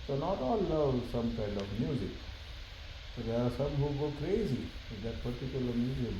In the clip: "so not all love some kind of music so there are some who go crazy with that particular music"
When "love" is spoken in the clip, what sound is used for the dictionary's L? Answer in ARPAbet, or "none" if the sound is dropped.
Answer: N